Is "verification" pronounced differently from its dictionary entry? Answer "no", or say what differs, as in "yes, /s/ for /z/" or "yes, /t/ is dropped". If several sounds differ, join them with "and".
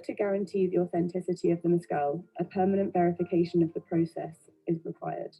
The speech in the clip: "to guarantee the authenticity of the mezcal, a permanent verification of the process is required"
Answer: no